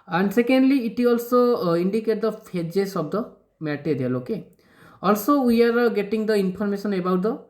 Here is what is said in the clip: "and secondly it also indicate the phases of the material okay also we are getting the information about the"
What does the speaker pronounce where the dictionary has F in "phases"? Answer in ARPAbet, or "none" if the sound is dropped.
P